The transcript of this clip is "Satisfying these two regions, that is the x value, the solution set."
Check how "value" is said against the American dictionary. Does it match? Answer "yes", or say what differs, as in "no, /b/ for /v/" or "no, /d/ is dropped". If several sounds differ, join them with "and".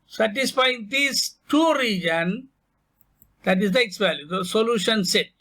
no, /p/ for /v/